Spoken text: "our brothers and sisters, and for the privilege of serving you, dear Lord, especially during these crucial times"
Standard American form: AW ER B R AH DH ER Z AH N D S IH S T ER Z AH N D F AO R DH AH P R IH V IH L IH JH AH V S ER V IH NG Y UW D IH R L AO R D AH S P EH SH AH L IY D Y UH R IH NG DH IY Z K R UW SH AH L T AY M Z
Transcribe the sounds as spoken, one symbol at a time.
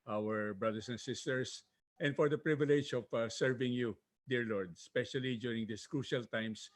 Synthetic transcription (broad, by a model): AW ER B R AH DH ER S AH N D S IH S T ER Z AH N D F AO R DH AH P R IH V IH L IH JH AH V S ER V IH NG Y UW D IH R L AO R D AH S P EH SH AH L IY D Y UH R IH NG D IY S K R UW SH AH L T AY M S